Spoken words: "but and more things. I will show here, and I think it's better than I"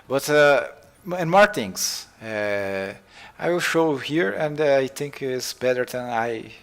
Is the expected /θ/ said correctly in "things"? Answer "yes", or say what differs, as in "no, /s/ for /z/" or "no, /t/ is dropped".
no, /t/ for /θ/